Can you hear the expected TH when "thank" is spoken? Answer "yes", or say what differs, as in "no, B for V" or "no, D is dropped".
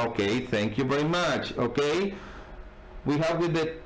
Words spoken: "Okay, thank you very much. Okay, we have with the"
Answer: yes